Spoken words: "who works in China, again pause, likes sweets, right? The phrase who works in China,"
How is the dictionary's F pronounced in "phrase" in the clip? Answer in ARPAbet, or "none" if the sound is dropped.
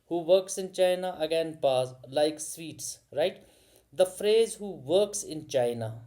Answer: F